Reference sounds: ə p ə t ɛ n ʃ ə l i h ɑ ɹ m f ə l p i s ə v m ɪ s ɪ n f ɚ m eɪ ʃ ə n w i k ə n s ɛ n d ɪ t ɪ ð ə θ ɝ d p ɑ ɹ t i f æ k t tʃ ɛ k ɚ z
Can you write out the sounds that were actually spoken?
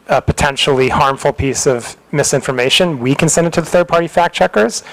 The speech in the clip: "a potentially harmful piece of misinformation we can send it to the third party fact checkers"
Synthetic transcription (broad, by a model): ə p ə t ɛ n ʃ l i h ɑ ɹ m f l p i s ə v m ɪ s ɪ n f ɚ m eɪ ʃ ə n w i k ə n s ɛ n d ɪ t ɪ ð ə θ ɝ d p ɑ ɹ t i f æ k tʃ ɛ k ɚ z